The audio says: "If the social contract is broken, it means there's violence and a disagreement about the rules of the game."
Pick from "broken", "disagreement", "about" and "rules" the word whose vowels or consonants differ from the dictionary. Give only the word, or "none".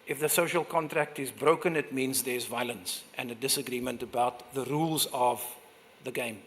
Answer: none